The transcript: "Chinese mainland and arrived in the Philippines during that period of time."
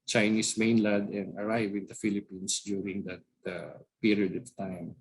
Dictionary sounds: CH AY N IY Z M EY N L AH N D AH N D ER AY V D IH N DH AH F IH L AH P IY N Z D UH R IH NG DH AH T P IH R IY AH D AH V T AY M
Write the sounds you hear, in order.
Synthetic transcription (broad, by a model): CH AY N IY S M EY N L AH D AH N D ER AY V IH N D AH F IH L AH P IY N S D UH R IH NG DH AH T P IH R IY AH D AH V T AY M